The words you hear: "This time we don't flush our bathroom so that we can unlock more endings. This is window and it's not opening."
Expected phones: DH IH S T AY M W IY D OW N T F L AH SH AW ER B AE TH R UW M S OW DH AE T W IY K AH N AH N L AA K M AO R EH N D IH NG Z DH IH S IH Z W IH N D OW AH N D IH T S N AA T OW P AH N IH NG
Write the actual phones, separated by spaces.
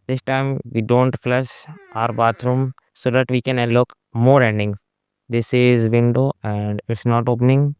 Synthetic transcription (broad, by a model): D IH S T AY M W IY D OW N T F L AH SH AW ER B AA T R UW M S OW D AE T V IY K AH N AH L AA K M AO R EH N D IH NG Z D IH S IH Z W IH N D OW AH N D IH T S N AA T OW P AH N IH NG